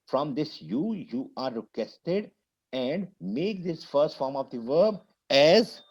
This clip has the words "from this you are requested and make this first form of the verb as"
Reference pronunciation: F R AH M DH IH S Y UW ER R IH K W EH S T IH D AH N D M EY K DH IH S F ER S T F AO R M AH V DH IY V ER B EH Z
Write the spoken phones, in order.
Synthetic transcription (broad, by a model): F R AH M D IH S Y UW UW R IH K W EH S T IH D AH N D M EY K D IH S F ER S T F AO R M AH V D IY V ER B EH Z